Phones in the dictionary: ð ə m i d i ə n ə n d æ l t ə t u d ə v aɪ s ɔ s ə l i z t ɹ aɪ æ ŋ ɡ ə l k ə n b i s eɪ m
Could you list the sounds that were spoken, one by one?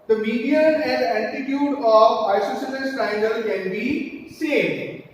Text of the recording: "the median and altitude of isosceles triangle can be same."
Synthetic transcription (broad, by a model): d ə m i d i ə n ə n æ t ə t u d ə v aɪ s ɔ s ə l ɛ s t aɪ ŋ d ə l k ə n b i s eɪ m